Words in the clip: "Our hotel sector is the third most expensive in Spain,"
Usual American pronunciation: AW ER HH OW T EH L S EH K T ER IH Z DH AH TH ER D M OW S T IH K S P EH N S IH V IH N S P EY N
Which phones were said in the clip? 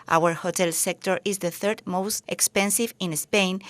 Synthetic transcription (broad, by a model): AW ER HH OW T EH L S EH K T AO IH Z DH AH TH ER D M OW S T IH K S P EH N S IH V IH N S P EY N